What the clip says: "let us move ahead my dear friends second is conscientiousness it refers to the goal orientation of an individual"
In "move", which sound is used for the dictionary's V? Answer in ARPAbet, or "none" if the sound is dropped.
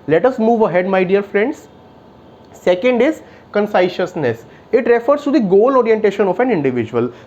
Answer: V